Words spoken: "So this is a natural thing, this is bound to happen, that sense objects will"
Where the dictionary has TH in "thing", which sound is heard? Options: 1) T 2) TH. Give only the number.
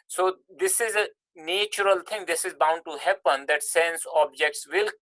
1